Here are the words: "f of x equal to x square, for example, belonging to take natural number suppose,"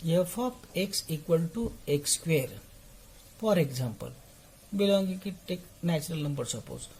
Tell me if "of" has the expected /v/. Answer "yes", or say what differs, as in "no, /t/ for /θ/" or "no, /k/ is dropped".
no, /p/ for /v/